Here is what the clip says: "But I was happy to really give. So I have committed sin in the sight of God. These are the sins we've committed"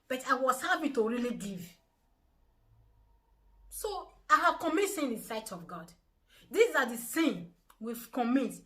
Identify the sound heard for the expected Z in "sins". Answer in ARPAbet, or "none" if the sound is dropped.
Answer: none